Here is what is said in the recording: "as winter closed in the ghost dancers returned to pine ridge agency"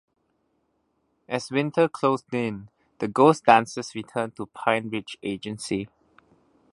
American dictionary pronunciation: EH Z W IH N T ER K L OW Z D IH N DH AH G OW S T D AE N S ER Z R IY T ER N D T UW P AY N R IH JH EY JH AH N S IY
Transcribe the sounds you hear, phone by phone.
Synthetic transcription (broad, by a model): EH S W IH N T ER K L OW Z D IH N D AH G OW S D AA N S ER S R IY T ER N T UW P AY N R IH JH EY JH AH N S IY